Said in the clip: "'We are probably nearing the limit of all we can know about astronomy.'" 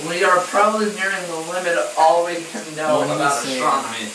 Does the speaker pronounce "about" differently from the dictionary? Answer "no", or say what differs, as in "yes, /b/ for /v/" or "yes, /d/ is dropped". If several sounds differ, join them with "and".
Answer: yes, /t/ is dropped